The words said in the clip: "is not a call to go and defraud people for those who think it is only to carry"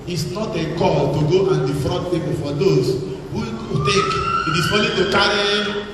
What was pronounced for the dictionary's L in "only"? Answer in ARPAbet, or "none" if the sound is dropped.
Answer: none